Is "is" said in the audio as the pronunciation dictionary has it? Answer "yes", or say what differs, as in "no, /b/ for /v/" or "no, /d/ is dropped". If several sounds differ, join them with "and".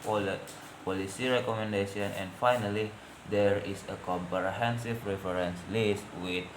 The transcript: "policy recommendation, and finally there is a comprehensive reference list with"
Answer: no, /s/ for /z/